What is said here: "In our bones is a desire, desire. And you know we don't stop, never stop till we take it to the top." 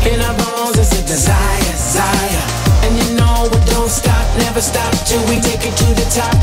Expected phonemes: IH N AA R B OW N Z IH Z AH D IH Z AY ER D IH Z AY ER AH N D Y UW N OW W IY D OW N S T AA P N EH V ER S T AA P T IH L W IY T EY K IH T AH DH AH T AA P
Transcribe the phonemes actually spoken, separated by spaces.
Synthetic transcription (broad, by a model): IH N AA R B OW Z IH Z AH D IH Z AY ER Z AY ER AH N Y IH N OW W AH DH OW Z S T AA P N EH V ER S T AA P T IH W IY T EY K IH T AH DH AH T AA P